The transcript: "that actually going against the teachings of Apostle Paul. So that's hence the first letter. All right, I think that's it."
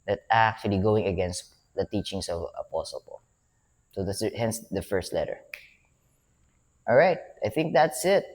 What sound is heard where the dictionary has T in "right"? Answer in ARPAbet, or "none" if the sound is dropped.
T